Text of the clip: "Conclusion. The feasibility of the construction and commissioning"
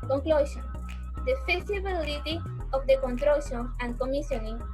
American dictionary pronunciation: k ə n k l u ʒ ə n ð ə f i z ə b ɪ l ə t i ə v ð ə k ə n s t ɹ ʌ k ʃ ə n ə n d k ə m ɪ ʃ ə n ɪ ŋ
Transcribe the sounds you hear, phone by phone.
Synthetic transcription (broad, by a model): k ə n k l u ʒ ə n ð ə f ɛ s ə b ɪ l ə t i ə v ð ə k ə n t ɹ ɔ ʃ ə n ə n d k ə m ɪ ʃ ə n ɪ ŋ